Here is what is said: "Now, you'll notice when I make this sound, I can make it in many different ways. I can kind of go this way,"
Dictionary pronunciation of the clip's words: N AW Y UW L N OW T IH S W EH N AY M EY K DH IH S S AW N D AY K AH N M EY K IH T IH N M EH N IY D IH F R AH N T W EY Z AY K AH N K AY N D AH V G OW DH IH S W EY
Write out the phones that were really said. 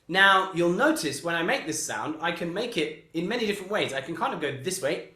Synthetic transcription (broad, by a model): N AW Y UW L N OW T IH S W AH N AY M EY K DH IH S S AW N D AY K AH N M EY K IH T IH N M EH N IY D IH F R AH N T W EY Z AY K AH N K AY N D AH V G OW DH IH S W EY